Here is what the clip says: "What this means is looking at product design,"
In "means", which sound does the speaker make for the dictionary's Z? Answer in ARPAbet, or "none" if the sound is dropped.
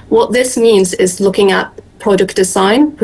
Z